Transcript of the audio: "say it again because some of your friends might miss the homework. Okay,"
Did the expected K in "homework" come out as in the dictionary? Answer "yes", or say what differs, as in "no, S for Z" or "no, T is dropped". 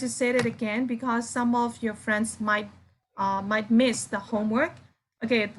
yes